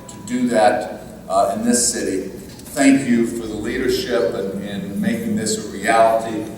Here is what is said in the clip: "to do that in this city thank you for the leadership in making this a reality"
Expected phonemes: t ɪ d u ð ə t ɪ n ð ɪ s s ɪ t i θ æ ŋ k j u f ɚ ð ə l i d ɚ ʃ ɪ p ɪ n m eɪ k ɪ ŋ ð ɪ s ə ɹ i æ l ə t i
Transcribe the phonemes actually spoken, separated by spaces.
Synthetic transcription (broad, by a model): t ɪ d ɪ ð ə t ɪ n ð ɪ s s ɪ t i θ æ ŋ k j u f ɚ ð ə l i d ɚ ʃ ɪ p ɪ n m eɪ k ɪ ŋ ð ɪ s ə ɹ i æ l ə t i